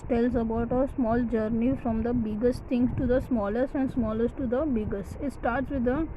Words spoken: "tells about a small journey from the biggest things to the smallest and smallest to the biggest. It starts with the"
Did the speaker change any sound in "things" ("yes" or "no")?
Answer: yes